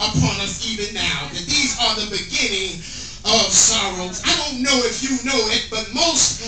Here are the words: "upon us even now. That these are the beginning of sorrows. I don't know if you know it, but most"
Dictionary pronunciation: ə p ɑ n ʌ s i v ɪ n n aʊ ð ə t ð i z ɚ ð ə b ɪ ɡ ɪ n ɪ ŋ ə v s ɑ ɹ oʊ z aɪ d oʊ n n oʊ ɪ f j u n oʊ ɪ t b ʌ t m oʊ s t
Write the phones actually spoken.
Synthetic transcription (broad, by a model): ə p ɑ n ʌ s i v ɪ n n aʊ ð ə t ð i z ɚ ð ə b ɪ ɡ ɪ n ɪ ŋ ə v s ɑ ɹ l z aɪ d oʊ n n oʊ ɪ f j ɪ n oʊ ɪ t b ʌ t m oʊ s t